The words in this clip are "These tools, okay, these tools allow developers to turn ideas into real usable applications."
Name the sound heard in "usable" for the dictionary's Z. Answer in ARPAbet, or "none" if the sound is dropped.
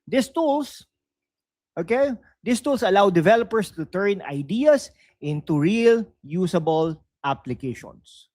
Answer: S